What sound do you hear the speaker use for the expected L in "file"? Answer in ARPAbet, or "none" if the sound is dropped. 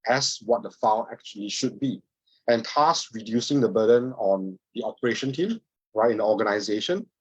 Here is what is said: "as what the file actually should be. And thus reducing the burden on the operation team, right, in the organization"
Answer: N